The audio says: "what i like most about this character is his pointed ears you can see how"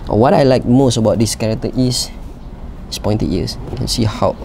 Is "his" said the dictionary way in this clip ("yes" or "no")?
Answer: no